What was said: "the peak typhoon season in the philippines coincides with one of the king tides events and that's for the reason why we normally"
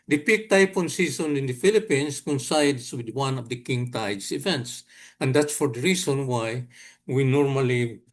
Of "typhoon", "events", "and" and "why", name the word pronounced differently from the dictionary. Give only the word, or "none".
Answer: typhoon